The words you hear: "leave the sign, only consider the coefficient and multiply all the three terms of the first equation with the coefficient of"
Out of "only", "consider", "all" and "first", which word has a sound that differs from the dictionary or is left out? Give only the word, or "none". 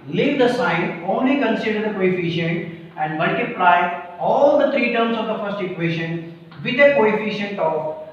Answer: none